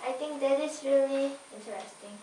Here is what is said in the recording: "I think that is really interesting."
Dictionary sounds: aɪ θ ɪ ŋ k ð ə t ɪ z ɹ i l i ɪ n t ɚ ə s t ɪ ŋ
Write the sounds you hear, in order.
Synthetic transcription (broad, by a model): aɪ t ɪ ŋ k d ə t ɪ s ɹ i l i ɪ n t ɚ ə s t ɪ ŋ